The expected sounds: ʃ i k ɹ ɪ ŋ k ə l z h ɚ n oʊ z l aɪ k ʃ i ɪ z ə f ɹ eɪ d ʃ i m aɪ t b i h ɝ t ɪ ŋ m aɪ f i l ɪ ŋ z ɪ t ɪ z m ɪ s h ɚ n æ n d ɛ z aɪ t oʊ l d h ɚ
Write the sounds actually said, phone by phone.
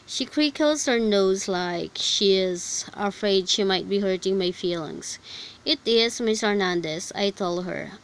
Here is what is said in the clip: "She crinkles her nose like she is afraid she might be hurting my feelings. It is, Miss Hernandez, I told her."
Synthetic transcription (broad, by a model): ʃ i k ɹ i k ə l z h ɚ n oʊ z l aɪ k ʃ i ɪ z ə f ɹ eɪ d ʃ i m aɪ t b i h ɝ t ɪ ŋ m aɪ f i l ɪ ŋ s ɪ t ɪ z m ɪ s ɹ n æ n d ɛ s aɪ t oʊ l d h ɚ